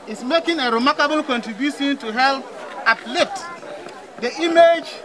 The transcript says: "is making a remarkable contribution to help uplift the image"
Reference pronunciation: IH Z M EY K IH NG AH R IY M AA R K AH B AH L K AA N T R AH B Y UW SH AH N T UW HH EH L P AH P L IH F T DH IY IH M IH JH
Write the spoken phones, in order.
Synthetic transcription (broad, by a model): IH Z M EY K IH NG AH R IY M AA R K AH B AH L K AA N T R AH B Y UW SH AH N T UW HH EH L P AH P L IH T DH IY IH M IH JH